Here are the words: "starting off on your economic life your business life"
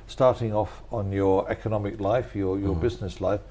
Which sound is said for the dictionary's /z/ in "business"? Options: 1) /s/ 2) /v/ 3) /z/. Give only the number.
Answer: 3